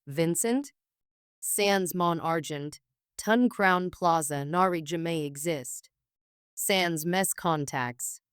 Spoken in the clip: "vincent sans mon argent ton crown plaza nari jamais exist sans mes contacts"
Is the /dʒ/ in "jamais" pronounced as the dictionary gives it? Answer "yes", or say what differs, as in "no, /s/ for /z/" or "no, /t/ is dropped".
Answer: yes